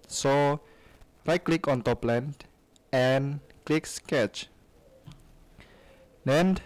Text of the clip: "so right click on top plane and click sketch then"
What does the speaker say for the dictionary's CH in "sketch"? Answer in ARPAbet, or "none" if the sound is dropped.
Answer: CH